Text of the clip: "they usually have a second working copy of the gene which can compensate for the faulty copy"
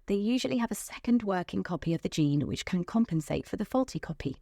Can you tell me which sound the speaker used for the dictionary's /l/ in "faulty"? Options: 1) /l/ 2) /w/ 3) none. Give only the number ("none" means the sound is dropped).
1